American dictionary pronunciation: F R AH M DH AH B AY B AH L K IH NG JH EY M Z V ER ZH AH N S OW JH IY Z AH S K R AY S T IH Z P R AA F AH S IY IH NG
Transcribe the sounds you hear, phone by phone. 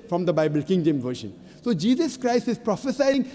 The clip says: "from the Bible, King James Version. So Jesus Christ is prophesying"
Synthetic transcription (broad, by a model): F R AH M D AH B AY B AH L K IH NG JH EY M V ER SH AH N S OW JH IY Z AH S K R AY S T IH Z P R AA F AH S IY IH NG